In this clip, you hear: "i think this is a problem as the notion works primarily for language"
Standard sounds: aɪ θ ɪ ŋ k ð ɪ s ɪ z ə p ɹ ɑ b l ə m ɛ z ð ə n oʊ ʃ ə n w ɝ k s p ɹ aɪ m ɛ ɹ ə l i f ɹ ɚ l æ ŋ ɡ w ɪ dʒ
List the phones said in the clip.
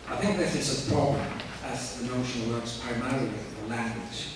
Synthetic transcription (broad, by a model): aɪ θ ɪ ŋ k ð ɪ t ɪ s ə p ɹ ɑ b l ə m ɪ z ð ə n oʊ ʃ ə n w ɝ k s p ɹ aɪ m ɛ ɹ ə l i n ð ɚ l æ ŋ ɡ w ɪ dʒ